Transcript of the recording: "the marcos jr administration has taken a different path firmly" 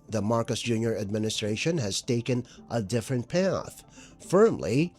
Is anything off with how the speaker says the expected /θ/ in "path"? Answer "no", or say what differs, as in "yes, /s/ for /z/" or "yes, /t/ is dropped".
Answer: no